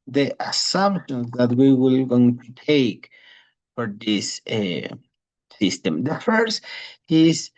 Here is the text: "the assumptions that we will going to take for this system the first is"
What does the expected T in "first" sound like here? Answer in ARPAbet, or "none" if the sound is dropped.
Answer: none